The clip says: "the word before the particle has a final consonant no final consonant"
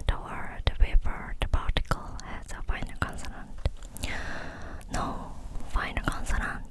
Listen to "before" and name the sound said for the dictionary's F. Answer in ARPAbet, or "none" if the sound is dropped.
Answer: P